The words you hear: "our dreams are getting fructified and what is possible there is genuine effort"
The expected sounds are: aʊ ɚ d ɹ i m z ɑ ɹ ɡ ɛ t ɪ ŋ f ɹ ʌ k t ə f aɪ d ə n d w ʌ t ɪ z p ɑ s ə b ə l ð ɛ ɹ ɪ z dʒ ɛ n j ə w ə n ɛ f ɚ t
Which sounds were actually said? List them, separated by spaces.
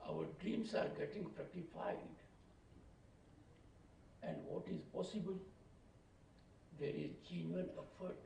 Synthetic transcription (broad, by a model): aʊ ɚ d ɹ i m s ɑ ɹ ɡ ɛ t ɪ ŋ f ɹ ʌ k t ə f aɪ d ə n d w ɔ t ɪ z p ɑ s ə b ə l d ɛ ɹ ɪ z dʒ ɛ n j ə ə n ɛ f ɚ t